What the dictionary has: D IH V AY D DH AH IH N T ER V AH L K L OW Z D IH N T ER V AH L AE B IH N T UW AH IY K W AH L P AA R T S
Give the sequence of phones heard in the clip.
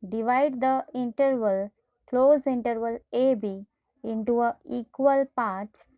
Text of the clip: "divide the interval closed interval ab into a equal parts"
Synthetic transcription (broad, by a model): D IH V AY D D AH IH N T ER V AH L K L OW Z IH N T ER V AH L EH B IH N T UW AH IY K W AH L P AA R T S